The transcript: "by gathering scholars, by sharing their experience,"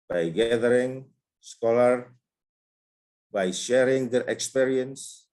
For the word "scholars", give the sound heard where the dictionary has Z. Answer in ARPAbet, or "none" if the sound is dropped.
none